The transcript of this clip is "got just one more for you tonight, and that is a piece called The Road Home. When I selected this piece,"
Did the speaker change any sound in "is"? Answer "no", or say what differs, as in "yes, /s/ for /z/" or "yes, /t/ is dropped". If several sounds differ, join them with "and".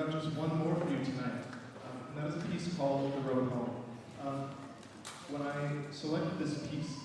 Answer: no